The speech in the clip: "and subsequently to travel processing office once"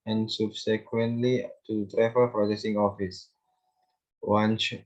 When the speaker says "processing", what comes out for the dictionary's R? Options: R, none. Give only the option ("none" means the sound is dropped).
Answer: R